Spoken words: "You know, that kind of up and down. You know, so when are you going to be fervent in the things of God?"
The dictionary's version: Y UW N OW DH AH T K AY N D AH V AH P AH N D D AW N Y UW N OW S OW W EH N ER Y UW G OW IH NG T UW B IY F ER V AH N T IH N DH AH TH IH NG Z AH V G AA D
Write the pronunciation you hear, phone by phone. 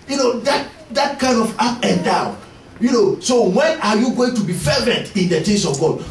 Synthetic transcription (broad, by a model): Y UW N OW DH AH T K AY N D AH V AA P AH N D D AW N Y UW N OW S OW W EH N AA Y UW G OW IH NG T UW B IY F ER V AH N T IH N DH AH T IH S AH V G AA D